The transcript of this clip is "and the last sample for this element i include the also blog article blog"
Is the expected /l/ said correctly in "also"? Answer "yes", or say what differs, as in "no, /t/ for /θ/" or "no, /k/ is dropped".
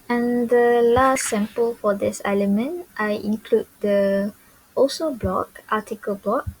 no, /l/ is dropped